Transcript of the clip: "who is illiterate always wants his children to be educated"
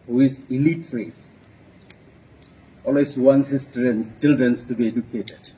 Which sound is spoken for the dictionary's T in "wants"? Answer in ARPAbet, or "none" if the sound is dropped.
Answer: S